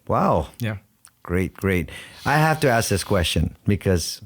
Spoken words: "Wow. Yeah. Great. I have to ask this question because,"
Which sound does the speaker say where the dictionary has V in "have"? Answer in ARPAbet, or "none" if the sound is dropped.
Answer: F